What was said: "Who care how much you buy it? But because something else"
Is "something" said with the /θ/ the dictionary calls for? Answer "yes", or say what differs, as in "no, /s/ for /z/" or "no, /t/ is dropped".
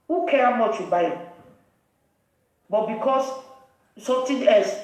no, /t/ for /θ/